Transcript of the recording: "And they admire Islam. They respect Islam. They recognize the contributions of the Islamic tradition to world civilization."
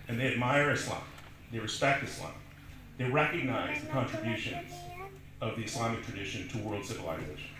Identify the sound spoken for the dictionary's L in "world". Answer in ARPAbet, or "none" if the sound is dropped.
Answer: L